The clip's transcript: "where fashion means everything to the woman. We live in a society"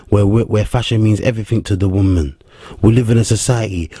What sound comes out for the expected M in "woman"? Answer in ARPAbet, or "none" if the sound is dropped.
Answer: M